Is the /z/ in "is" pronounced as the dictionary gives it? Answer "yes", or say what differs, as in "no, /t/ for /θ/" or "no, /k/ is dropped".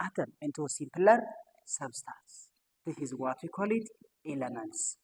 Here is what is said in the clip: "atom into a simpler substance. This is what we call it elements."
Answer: yes